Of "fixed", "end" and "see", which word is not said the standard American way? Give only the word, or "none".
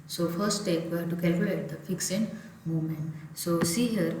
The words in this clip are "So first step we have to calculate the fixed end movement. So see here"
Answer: fixed